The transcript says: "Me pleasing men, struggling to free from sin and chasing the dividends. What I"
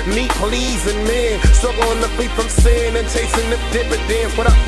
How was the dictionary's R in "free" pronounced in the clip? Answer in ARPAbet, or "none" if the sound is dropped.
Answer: L